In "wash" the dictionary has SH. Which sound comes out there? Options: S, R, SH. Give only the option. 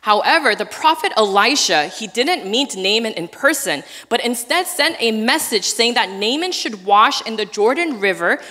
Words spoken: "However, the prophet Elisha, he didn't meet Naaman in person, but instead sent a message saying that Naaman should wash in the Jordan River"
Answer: SH